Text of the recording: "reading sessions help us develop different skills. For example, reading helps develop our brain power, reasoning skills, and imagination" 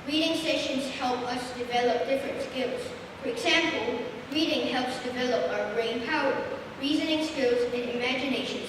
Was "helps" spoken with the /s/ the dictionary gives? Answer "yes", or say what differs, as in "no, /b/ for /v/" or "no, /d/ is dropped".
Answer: yes